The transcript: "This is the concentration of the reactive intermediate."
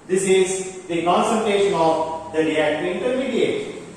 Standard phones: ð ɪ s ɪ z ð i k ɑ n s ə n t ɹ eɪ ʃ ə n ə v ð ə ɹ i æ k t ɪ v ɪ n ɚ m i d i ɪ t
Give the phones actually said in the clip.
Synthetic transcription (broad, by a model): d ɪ s ɪ z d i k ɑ n s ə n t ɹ eɪ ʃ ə n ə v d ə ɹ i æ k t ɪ ɪ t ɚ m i d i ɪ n